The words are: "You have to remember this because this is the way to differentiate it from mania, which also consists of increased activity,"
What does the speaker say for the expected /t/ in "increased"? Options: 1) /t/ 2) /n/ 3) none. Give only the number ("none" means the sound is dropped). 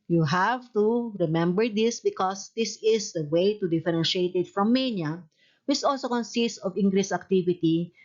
3